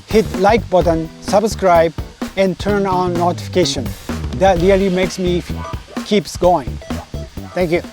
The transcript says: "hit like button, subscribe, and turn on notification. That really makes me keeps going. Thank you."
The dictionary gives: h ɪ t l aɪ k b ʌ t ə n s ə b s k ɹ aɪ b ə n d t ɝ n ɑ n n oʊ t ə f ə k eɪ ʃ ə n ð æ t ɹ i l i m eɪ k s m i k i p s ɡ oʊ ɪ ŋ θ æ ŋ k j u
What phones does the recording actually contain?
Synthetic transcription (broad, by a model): h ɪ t l aɪ k b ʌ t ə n s ə b s k ɹ aɪ b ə n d t ɝ n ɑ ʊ n oʊ t ə f ə k eɪ ʃ ə n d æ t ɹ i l i m eɪ k s m i k i p s ɡ oʊ ɪ ŋ t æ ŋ k j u